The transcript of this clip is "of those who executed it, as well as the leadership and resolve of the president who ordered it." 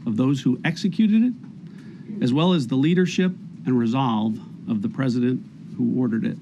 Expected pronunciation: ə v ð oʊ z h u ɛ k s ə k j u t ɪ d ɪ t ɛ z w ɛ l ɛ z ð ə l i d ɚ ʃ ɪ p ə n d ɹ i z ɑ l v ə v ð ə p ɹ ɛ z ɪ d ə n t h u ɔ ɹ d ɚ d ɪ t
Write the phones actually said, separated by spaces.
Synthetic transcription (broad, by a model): ə v ð oʊ z h u ɛ k s ə k j u t ɪ d ɪ t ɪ z w ɛ l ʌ z ð ə l i d ɚ ʃ ɪ p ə n ɹ i z ɑ l v ə v ð ə p ɹ ɛ z ɪ d ə n t h u ɔ ɹ d ɚ d ɪ t